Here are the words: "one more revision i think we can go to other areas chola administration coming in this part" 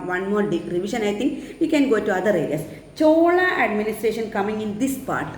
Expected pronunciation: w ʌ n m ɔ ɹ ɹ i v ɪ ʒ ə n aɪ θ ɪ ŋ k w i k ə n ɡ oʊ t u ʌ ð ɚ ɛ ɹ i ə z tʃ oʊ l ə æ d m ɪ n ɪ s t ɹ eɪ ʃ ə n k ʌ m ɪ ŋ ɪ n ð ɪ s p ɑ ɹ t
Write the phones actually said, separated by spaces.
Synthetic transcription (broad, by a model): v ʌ n m ɔ ɹ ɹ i v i ʃ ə n aɪ t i ŋ k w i k ə n ɡ oʊ t u ʌ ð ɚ ɛ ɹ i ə s tʃ oʊ l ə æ d m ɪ n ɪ s t ɹ eɪ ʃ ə n k ʌ m ɪ ŋ ɪ n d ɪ s p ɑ ɹ t